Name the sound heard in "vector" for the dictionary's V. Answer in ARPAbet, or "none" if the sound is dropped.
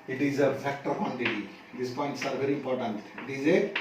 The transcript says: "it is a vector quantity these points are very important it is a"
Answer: F